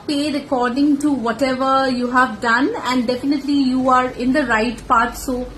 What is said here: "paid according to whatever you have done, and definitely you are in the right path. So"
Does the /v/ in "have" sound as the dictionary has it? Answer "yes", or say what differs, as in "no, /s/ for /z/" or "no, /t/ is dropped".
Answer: yes